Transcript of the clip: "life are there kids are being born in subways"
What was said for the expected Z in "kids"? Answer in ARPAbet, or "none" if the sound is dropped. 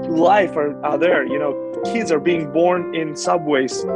Z